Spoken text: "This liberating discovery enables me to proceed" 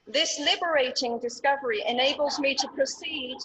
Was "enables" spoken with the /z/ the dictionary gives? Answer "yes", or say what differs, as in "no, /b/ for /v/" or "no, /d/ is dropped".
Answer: yes